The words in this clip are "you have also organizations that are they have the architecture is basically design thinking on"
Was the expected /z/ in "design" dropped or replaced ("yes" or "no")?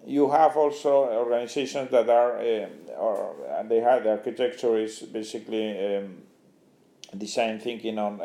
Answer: yes